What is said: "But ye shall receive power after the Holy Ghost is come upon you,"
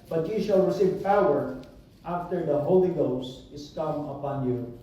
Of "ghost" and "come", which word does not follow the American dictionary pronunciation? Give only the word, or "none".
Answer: none